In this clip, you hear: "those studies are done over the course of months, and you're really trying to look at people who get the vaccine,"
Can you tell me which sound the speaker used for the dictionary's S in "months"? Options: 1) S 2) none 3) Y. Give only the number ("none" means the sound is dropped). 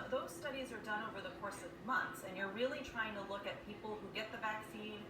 1